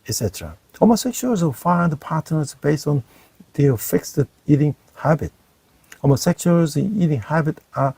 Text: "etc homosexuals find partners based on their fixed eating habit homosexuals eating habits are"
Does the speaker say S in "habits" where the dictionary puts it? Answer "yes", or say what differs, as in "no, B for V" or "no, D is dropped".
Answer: no, S is dropped